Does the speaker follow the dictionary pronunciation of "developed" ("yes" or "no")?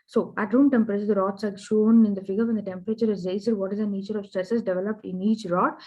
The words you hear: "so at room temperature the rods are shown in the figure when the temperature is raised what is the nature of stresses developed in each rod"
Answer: yes